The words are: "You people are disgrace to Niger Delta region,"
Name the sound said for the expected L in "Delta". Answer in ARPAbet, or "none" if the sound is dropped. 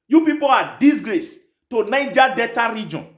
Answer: none